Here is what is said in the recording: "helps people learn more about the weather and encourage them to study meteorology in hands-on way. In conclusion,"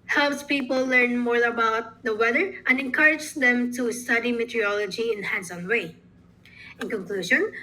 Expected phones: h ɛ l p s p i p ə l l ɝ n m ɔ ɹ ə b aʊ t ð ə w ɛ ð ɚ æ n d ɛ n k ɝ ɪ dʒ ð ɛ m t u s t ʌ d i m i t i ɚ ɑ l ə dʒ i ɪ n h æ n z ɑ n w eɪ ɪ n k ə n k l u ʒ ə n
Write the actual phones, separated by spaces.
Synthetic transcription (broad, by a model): h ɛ l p s p i p ə l l ɝ n m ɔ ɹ ə b aʊ t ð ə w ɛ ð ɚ æ n d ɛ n k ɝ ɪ dʒ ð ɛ m t u s t ʌ d i m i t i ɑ l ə dʒ i ɪ n h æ n s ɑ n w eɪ ɪ n k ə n k l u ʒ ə n